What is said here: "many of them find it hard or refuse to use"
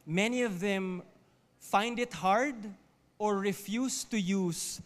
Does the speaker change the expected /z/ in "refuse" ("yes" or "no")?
yes